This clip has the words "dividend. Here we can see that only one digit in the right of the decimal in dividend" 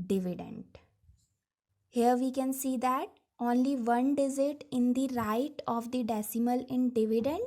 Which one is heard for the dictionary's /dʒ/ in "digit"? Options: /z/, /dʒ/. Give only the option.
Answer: /z/